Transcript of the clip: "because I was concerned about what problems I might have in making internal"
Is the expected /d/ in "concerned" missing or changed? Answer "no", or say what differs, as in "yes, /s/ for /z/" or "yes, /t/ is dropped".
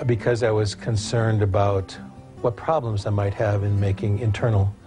no